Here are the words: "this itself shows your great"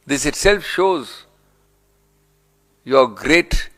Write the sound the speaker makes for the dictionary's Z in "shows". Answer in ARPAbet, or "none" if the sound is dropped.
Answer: Z